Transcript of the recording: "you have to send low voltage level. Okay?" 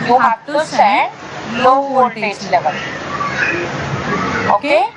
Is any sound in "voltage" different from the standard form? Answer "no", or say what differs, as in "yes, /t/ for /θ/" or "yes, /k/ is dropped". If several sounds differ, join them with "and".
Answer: yes, /l/ is dropped